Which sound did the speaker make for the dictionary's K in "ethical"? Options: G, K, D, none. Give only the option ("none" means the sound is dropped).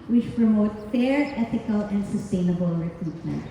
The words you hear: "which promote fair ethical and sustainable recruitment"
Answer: K